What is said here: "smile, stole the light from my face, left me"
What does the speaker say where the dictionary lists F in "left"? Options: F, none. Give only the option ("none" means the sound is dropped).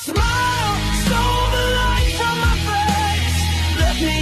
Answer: none